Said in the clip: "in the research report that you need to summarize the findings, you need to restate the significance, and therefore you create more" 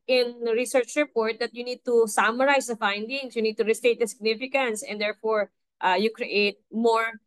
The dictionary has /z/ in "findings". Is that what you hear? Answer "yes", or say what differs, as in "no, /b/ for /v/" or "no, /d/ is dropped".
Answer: no, /s/ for /z/